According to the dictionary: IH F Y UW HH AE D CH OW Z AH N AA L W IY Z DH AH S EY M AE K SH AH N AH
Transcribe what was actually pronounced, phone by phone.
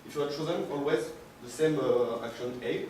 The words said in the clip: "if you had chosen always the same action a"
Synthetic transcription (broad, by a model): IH F Y UW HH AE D CH OW Z AH N AA L W IY Z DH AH S EY M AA K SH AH N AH